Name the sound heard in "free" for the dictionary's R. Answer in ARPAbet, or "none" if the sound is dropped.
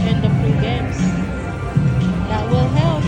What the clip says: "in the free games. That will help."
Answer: none